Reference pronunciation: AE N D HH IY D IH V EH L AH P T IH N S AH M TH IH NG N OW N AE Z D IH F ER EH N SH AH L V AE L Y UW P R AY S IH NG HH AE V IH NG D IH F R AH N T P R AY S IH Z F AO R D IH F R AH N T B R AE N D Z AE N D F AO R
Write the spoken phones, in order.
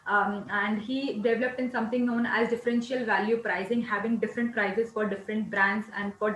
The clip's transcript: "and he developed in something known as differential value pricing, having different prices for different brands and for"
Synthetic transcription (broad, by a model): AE N D HH IY D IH V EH L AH P T IH N S AH M T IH NG N OW N AE Z D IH F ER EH N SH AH L V AE L Y UW P R AY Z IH NG HH AE V IH NG D IH F R AH N T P R AY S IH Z F AO R D IH F R AH N T B R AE N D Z AE N D F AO R